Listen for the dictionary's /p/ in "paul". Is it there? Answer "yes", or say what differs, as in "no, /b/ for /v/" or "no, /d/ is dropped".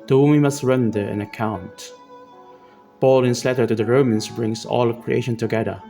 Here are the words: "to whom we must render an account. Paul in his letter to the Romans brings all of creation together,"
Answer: no, /b/ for /p/